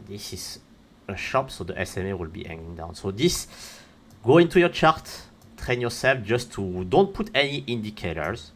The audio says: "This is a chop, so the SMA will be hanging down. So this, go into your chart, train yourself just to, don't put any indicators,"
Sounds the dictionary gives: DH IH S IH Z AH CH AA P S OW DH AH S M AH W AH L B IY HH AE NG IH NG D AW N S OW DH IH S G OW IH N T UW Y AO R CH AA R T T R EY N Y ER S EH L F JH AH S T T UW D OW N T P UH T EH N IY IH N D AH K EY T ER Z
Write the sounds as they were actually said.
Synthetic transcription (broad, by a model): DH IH S IH Z AH SH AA P S OW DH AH S M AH W AH L B IY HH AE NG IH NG D AW N S OW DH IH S G OW IH N T UW Y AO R CH AA R T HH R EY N Y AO S EH L F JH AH S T T UW D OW N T P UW T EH N IY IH N D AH K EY T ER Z